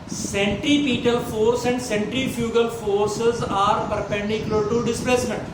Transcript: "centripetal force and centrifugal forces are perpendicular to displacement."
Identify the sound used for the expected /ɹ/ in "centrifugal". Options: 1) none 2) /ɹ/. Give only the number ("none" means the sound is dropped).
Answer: 2